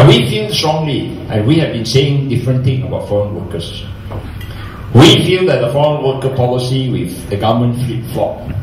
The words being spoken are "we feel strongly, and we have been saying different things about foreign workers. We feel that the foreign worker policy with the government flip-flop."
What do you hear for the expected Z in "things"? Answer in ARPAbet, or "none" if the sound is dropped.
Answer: none